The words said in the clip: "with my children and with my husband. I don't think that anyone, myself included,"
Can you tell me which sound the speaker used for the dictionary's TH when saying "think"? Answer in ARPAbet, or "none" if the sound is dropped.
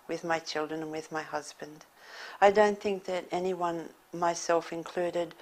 TH